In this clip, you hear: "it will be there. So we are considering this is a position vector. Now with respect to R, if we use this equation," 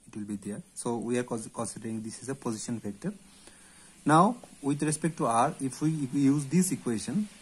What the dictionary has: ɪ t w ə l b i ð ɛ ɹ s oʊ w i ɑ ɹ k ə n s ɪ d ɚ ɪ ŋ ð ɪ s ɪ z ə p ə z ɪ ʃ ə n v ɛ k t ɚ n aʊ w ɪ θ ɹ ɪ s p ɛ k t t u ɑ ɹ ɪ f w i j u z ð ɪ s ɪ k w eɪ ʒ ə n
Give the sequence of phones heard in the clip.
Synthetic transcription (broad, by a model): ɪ t w ə l b i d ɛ ɹ s oʊ w i ɑ ɹ k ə n s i d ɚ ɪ ŋ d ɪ s ɪ z ə p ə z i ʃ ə n f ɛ k t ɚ n aʊ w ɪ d ɹ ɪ s p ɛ k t t u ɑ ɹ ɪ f w i j u z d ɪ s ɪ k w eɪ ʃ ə n